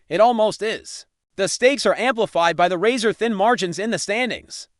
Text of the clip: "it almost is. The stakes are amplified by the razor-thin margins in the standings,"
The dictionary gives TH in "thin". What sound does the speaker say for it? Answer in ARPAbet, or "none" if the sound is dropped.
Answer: TH